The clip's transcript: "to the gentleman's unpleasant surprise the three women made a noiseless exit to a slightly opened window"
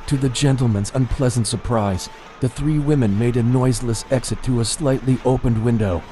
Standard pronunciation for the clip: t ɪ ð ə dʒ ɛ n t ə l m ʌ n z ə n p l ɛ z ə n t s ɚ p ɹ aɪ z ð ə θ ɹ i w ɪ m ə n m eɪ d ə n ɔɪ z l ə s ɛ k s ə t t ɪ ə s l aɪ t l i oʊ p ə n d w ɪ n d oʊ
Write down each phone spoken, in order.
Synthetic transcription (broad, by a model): t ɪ ð ə dʒ ɛ n t l m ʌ n z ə n p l ɛ z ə n t s ɚ p ɹ aɪ z ð ə θ ɹ i w ɪ m ə n m eɪ d ə n ɔɪ z l ə s ɛ k s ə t t ɪ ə s l aɪ t l i oʊ p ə n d w ɪ n d oʊ